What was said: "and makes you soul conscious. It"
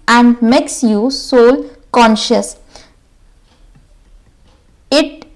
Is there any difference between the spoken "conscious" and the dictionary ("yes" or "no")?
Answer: no